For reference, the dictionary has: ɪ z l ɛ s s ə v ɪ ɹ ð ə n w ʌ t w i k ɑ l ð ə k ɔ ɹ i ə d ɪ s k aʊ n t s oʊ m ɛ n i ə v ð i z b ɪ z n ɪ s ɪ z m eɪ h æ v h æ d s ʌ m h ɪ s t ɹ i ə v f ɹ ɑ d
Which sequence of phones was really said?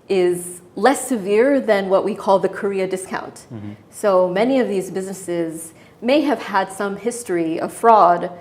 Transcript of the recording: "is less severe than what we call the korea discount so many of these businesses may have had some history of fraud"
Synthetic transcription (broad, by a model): ɪ z l ɛ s s ə v ɪ ɹ ð ə n w ʌ t w i k ɑ l ð ə k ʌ ɹ i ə d ɪ s k aʊ n t s oʊ m ɛ n i ə v ð i z b ɪ z n ɪ s ɪ z m eɪ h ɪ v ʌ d s ʌ m h ɪ s t ɹ i ə v f ɹ ɑ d